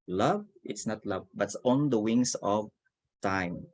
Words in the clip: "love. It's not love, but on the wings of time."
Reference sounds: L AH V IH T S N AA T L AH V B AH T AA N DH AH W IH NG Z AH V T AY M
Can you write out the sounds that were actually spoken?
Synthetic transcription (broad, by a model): L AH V IH T S N AA T L AH V B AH T AA N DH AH W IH NG S AH V T AY M